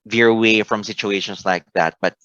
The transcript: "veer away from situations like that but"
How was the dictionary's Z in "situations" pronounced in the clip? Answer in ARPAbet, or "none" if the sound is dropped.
S